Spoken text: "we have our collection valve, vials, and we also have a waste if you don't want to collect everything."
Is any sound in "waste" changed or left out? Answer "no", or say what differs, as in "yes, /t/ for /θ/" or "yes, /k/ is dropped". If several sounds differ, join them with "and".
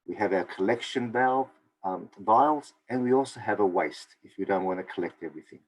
no